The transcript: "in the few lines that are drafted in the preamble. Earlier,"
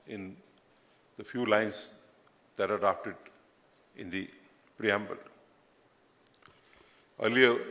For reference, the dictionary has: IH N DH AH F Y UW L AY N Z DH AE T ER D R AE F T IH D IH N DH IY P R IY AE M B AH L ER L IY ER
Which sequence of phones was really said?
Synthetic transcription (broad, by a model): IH N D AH F Y UW L AY N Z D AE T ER D AA P T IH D IH N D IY P R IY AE M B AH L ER L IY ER